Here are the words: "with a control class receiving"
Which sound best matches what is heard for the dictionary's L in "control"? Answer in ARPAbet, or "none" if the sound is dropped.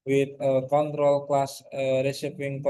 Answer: L